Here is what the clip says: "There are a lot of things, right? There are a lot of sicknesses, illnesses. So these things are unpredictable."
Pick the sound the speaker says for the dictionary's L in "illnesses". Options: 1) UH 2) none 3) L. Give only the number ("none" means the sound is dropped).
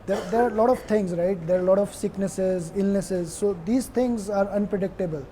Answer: 3